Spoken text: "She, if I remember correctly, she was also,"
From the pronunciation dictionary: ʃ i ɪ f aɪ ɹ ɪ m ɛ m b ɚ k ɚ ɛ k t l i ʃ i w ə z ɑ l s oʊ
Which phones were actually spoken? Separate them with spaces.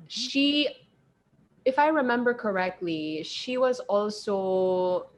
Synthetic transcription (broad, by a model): ʃ i ɪ f aɪ ɹ ɪ m ɛ m b ɚ k ɚ ɛ k t l i ʃ i w ə z ɑ l s oʊ